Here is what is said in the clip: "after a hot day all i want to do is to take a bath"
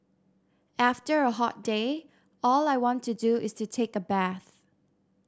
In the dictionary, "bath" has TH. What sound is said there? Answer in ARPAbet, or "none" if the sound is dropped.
TH